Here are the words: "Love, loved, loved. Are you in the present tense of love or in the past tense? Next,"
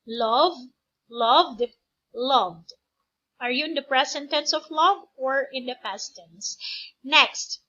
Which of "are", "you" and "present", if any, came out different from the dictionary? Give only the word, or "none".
present